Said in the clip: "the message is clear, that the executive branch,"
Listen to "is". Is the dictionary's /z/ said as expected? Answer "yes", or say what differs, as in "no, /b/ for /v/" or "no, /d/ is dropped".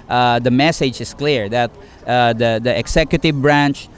no, /s/ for /z/